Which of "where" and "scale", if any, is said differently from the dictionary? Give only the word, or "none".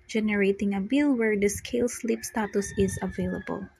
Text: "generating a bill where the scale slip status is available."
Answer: none